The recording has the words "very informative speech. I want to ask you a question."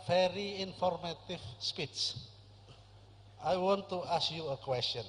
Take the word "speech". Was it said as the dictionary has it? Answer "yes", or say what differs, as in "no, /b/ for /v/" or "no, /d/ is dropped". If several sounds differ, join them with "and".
no, /s/ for /tʃ/